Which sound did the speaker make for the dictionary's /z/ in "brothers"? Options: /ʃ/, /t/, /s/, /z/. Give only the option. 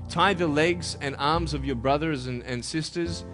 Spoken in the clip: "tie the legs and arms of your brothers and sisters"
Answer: /z/